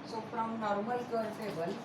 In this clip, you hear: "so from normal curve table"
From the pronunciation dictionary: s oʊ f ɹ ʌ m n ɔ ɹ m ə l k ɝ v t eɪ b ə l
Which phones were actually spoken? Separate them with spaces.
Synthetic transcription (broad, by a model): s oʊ p ɹ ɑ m n ɔ ɹ m ə l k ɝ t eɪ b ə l